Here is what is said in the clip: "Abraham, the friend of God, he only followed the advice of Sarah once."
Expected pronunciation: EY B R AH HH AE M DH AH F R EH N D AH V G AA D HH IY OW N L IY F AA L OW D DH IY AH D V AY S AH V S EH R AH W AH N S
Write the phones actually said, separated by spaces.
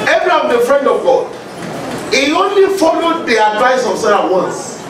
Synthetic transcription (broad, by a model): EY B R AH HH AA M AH F R EH N D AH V G AA D HH IY OW N L IY F AA L OW D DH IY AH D V AY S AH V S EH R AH W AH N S